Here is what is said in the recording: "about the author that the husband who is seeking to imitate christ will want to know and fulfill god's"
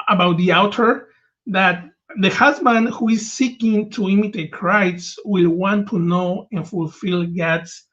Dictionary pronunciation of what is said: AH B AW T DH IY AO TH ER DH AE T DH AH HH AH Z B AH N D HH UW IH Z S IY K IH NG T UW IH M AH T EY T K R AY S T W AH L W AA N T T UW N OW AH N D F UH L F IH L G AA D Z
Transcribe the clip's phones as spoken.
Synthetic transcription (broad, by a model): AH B AW T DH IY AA T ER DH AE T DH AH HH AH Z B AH N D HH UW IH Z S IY K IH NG T UW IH M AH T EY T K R AY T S W AH L W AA N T T UW N OW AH N F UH L F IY L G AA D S